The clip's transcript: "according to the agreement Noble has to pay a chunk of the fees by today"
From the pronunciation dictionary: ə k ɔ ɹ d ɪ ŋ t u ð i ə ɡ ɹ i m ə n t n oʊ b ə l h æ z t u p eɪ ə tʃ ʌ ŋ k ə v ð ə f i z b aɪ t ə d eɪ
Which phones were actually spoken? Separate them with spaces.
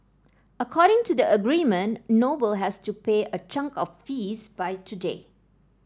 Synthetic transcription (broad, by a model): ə k ɔ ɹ d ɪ ŋ t u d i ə ɡ ɹ i m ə n n oʊ b ə l h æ s t u p eɪ ə tʃ ʌ ŋ k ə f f i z b aɪ t ə d eɪ